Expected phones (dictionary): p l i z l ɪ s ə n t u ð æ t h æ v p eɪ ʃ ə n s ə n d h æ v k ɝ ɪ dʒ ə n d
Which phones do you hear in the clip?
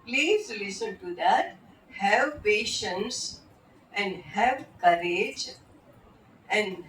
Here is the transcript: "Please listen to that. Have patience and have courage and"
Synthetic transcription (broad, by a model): p l i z l ɪ s ə n t u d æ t h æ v p eɪ ʃ ə n s ə n d h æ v k ɝ ɪ dʒ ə n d